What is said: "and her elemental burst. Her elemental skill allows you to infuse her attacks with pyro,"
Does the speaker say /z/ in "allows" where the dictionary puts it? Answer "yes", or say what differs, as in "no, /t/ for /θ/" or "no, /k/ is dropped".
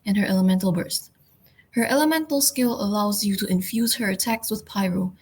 yes